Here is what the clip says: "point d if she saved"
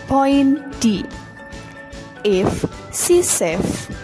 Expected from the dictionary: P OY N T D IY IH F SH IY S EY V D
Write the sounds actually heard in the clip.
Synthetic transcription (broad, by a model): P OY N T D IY IH F S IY S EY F